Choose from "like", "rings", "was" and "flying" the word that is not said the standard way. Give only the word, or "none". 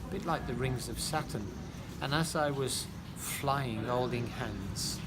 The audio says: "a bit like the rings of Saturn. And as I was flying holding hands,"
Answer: none